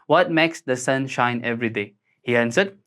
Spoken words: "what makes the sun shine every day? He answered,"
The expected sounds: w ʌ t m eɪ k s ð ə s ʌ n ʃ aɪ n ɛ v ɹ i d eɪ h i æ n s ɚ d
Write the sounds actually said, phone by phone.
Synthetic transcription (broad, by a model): w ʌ t m eɪ k s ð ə s ʌ n ʃ aɪ n ɛ v ɹ i d eɪ h i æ n s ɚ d